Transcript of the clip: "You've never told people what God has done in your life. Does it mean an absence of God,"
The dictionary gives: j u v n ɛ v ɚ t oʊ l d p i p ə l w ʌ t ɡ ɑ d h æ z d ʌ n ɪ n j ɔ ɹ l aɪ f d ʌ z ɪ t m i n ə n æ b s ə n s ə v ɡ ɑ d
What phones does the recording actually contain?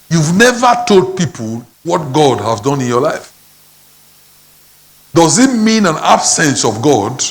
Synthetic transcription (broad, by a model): j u v n ɛ v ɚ t oʊ l d p i p ə l w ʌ t ɡ ɑ d h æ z d ʌ n ɪ n j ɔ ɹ l aɪ f d ʌ z ɪ t m i n ə n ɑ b s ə n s ə v ɡ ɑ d